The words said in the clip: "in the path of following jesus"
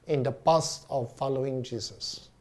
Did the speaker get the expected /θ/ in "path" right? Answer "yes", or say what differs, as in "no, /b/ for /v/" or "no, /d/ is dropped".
no, /t/ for /θ/